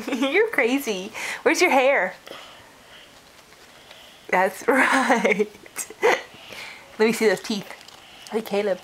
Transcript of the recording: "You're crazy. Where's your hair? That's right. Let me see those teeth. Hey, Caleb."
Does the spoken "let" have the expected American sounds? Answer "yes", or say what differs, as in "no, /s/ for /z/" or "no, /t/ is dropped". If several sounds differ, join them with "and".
yes